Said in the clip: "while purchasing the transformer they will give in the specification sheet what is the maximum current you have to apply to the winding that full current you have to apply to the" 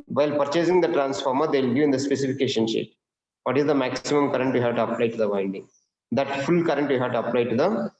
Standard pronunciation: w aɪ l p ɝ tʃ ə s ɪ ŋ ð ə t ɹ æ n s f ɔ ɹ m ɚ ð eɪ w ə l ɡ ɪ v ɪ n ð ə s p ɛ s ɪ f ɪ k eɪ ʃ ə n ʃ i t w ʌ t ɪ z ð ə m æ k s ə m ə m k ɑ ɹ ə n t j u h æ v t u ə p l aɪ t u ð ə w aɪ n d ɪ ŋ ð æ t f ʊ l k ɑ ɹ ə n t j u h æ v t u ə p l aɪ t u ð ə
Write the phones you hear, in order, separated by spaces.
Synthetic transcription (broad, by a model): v aɪ l p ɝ tʃ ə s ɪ ŋ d ə t ɹ æ n s f ɔ ɹ m ɚ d eɪ l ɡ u ɪ n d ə s p ɛ s ɪ f ɪ k eɪ ʃ ə n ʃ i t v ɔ t ɪ z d ə m æ k s ə m ə m k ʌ ɹ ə n t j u h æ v t u ə p l aɪ t u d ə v aɪ n d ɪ ŋ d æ t f ʊ l k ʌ ɹ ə n t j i h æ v t u ə p l aɪ t u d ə